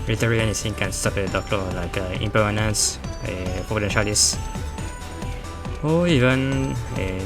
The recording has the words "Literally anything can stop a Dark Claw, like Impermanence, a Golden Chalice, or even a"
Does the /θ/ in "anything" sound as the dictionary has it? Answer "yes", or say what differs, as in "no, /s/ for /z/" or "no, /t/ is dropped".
no, /s/ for /θ/